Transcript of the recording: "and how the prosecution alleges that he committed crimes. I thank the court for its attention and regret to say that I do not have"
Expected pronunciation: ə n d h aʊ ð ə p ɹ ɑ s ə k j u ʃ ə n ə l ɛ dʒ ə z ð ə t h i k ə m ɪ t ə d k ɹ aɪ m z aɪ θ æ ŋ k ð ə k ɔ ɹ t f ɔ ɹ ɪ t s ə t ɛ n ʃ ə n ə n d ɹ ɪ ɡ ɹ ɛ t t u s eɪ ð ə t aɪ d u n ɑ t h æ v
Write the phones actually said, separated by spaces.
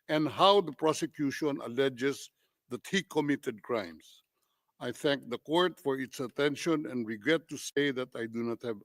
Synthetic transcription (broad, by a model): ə n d h aʊ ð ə p ɹ ɑ s ə k j u ʃ ə n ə l ɛ dʒ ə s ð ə t h i k ə m ɪ t ə d k ɹ aɪ m s aɪ θ æ ŋ k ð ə k ɔ ɹ t f ɔ ɹ ɪ t s ə t ɛ n ʃ ə n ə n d ɹ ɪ ɡ ɹ ɛ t t u s eɪ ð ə t aɪ d u n ɑ t h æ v